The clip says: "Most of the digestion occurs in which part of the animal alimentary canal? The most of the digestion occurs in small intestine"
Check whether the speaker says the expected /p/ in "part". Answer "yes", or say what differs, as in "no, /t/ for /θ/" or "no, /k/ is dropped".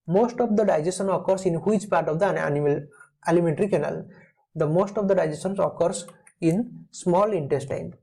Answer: yes